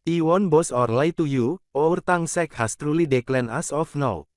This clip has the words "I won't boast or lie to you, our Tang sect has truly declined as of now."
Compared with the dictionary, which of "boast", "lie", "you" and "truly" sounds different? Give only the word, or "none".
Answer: boast